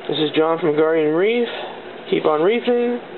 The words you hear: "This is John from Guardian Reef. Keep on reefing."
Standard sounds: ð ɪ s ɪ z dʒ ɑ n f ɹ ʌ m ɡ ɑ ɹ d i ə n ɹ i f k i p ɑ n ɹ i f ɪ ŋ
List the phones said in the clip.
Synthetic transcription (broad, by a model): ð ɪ s ɪ z dʒ ɑ n f ɹ ʌ m ɡ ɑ ɹ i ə n ɹ i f k i p n ɹ i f ɪ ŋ